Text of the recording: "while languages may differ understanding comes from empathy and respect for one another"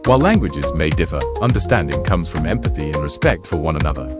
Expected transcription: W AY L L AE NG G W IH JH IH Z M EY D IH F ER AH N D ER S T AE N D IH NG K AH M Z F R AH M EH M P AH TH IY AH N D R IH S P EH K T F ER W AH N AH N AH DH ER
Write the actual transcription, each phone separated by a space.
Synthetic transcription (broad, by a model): W AY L L AE NG G W IH JH IH Z M EY D IH F ER AH N D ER S T AE N D IH NG K AH M Z F R AH M EH M P AH TH IY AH N R IH S P EH K T F ER W AH N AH N AH DH ER